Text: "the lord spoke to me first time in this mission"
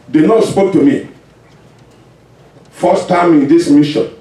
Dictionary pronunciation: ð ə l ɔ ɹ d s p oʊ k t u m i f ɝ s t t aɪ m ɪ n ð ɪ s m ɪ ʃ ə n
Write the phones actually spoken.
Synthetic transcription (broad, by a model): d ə n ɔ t s p oʊ k t u m i f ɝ s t t aɪ m ɪ n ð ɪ s m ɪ ʃ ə n